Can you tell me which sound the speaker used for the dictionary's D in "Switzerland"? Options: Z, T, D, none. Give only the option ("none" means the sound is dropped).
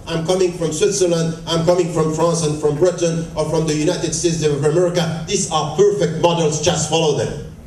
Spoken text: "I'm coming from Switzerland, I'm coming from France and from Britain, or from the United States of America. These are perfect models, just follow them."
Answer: D